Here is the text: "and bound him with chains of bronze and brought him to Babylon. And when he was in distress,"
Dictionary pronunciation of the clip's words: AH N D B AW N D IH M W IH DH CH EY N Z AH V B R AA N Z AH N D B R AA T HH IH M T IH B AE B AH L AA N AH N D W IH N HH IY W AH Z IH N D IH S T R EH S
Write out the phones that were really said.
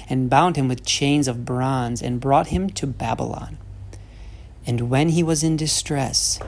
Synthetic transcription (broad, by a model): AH N B AW N D IH M W IH DH CH EY N Z AH V B R AA N Z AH N B R AA T HH IH M T IH B AE B AH L AA N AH N W IH N IY W AH Z IH N D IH S T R EH S